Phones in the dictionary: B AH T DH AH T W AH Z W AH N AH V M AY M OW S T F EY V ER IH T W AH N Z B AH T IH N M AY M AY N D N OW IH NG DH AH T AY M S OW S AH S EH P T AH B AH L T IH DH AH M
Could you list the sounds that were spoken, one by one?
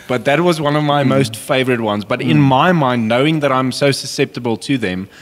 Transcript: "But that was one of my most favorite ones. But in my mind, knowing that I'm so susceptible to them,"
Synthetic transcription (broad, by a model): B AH T DH AH T W AH Z W AH N AH V M AY M OW S T F EY V ER IH T W AH N Z B AH T IH N M AY M AY N D N OW IH NG DH AH T AY M S OW S AH S EH P T AH B AH L T IH DH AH M